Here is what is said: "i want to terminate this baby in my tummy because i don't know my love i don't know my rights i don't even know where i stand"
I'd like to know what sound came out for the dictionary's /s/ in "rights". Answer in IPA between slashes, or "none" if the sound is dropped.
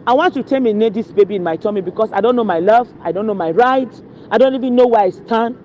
none